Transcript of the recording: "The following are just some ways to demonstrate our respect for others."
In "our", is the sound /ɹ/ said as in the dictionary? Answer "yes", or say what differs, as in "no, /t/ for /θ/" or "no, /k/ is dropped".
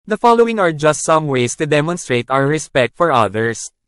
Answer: no, /w/ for /ɹ/